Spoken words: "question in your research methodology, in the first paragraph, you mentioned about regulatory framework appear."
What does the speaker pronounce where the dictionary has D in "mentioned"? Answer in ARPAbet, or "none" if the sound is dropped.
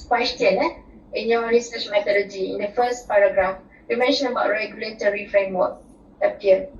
none